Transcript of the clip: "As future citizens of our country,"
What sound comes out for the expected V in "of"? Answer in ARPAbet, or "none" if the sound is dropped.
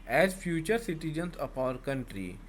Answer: P